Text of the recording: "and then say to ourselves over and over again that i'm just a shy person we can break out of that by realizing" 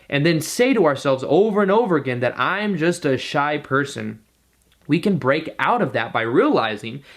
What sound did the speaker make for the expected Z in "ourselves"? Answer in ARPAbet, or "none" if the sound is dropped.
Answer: Z